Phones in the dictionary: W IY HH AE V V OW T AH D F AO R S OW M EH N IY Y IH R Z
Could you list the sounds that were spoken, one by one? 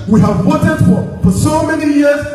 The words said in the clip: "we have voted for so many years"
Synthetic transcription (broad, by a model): W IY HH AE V W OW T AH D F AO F S OW M EH N IY Y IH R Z